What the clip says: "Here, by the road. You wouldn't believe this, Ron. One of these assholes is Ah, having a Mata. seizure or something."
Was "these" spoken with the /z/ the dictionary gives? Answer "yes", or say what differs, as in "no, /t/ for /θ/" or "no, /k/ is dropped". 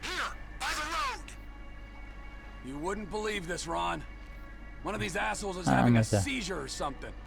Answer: yes